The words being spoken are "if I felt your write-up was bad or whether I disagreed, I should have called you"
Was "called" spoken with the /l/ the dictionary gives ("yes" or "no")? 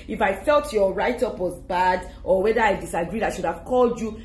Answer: yes